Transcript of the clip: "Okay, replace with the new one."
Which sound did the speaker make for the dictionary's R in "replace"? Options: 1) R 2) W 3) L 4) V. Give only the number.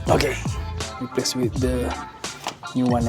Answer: 2